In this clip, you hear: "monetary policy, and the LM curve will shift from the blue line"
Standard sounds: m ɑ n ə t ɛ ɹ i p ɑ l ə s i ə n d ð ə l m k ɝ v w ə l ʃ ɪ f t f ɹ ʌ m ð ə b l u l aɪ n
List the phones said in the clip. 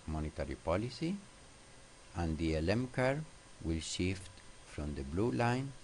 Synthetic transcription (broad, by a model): m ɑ n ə t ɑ ɹ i p ɑ l ə s i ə n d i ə l m k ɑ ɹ w ə l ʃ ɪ f t f ɹ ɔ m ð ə b l u l aɪ n